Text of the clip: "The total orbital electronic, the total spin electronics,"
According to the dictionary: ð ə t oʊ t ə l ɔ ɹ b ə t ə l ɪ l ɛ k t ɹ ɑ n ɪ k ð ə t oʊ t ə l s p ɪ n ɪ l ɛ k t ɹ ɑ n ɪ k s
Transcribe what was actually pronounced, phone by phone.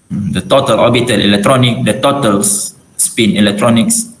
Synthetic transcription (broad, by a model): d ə t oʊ t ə l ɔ b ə t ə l ɪ l ɛ k t ɹ ɑ n ɪ k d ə t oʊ t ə l s p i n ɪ l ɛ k t ɹ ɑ n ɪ k s